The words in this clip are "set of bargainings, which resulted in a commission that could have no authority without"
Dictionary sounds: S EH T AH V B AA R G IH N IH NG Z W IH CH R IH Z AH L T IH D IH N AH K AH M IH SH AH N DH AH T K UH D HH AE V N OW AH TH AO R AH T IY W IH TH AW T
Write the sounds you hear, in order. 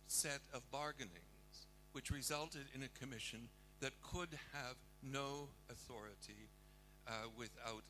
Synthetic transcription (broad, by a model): S EH T AH V B AA R G IH N IH NG Z W IH CH R IH Z AH L T IH D IH N AH K AH M IH SH AH N DH AH T K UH D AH V N OW AH TH AO R AH T IY W IH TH AW T